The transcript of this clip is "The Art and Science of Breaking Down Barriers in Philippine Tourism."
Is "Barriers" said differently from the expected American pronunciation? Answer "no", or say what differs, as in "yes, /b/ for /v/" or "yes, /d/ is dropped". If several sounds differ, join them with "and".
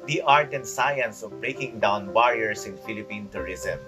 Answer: yes, /s/ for /z/